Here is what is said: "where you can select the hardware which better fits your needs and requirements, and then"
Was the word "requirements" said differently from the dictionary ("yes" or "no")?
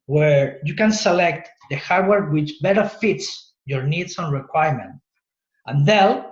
yes